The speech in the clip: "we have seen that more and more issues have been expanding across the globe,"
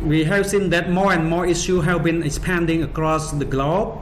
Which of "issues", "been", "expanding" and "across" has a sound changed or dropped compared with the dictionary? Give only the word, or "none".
issues